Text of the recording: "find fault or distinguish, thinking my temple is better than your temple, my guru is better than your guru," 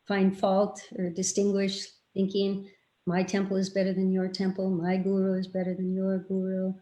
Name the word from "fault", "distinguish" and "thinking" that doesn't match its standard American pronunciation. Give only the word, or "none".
none